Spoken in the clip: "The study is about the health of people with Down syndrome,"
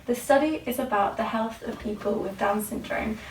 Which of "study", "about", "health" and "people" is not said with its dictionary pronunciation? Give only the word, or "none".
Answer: none